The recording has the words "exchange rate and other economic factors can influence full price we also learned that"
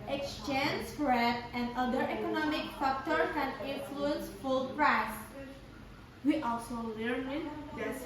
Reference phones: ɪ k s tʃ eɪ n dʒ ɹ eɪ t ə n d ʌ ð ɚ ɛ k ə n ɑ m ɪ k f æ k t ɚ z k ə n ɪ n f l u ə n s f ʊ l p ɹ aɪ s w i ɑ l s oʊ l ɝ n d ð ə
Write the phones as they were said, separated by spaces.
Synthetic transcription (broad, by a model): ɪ k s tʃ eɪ n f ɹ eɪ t ə n d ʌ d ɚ ɛ k ə n ɑ m ɪ k f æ k t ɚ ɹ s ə n ɪ n f l u ə n s f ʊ l p ɹ aɪ s w i ɑ l s oʊ l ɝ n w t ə